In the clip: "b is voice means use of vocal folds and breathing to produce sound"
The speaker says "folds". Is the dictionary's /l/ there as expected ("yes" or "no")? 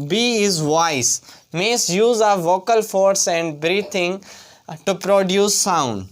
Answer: no